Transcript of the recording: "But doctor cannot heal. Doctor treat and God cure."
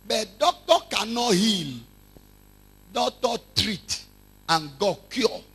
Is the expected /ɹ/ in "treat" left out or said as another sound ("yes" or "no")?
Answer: no